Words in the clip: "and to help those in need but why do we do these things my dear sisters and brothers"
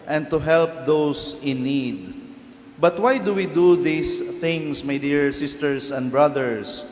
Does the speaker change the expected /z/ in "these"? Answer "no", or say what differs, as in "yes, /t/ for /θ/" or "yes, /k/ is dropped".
yes, /s/ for /z/